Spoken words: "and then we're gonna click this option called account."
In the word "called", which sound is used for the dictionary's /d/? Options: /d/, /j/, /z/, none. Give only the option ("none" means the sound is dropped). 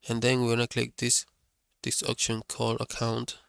none